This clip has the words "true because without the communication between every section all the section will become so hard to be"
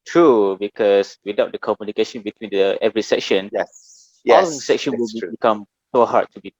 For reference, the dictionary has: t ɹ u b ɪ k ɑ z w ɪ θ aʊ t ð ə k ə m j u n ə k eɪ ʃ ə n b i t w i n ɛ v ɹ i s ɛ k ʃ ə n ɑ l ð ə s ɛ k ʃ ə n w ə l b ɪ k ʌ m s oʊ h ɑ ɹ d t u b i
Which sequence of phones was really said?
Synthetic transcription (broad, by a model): t ɹ u b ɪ k ɑ s w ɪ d aʊ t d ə k ə m j u n ə k eɪ ʃ ə n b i t w i n ɛ v ɹ i s ɛ k ʃ ə n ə s ɛ k ʃ ə n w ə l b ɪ k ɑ m s oʊ h ɑ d t u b i